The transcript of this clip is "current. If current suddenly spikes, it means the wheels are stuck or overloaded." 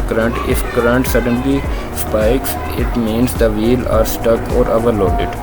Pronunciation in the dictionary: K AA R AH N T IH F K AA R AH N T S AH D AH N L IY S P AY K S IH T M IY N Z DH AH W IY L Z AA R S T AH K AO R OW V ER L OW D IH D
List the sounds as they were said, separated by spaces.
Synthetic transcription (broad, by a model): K R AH N T IH F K R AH N T S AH D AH N L IY S P AY K S IH T M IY N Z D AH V IY L AA R S T AH K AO R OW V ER L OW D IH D